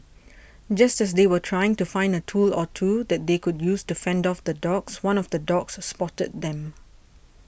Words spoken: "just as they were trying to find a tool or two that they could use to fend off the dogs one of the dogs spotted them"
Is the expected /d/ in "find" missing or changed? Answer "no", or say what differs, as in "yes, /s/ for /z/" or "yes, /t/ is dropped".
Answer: no